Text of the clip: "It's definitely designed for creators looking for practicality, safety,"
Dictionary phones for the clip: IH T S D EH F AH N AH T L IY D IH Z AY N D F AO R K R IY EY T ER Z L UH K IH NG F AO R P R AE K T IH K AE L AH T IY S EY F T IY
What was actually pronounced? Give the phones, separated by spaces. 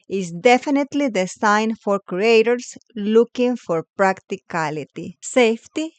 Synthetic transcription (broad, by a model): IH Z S D EH F AH N AH T L IY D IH S AY N F AO R K R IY EY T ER S L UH K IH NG F AO R P R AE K T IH K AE L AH T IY S EY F T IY